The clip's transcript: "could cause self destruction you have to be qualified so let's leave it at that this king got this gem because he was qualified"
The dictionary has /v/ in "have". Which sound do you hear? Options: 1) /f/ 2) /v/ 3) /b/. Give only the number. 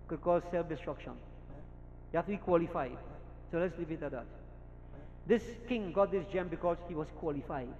1